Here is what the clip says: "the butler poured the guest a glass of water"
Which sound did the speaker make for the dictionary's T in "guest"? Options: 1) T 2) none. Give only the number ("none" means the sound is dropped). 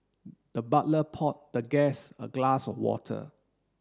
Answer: 2